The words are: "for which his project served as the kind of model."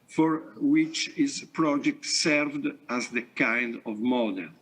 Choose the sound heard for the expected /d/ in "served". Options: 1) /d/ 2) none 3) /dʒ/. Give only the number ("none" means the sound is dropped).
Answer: 1